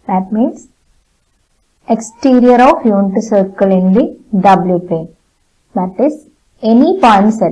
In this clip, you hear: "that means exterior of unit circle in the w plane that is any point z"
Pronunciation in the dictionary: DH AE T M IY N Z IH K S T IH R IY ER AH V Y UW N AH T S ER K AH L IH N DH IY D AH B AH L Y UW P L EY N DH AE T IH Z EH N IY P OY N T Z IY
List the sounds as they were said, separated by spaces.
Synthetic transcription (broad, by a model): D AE T M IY N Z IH K S T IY R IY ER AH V Y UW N T S ER K AH L IH N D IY D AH B L Y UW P EY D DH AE T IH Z EH N IY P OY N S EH